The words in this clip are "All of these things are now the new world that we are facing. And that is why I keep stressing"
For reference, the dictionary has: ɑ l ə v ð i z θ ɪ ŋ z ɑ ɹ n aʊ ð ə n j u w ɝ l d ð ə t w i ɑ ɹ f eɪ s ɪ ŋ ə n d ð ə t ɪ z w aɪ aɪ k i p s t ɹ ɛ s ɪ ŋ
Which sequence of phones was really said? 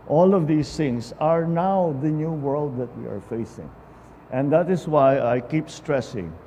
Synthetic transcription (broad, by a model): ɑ l ə v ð i s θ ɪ ŋ s ɑ ɹ n aʊ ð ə n j u w ɝ l d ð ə t w i ɑ ɹ f eɪ s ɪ ŋ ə n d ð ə t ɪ s w aɪ aɪ k i p s t ɹ ɛ s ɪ ŋ